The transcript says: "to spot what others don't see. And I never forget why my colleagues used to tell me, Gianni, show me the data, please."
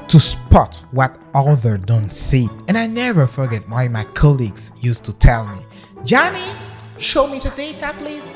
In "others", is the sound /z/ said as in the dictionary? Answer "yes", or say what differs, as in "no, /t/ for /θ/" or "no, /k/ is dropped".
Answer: no, /z/ is dropped